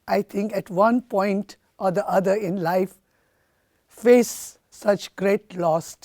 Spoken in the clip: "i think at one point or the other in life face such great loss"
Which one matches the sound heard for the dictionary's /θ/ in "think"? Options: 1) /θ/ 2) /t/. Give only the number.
2